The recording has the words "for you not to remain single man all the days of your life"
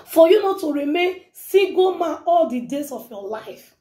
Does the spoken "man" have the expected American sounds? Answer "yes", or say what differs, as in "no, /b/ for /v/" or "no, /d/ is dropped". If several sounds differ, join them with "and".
no, /n/ is dropped